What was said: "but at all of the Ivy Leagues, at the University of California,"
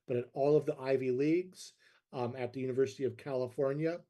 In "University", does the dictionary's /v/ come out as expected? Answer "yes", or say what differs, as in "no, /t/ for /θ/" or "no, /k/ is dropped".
yes